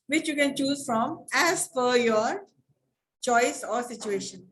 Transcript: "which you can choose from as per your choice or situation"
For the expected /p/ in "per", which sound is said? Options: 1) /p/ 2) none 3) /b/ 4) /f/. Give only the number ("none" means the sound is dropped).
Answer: 4